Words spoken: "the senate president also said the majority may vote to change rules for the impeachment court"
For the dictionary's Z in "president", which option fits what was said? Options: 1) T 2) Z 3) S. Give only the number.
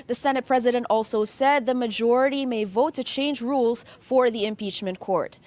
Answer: 2